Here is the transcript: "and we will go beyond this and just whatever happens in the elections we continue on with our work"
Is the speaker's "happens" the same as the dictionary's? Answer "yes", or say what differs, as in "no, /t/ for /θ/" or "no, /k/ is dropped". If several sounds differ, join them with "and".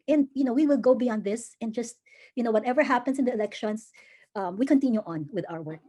no, /s/ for /z/